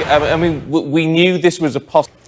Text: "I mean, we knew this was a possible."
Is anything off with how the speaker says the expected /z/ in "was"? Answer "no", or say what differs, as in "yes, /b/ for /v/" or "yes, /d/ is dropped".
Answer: no